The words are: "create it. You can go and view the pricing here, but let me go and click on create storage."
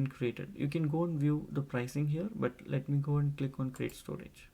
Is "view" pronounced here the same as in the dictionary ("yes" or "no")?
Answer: yes